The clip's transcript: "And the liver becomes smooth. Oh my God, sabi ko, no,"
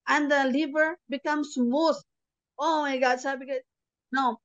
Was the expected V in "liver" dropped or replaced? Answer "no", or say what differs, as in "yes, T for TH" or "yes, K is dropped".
yes, B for V